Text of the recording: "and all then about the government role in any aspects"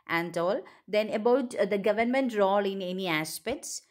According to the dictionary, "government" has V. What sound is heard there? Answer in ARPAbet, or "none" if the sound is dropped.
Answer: V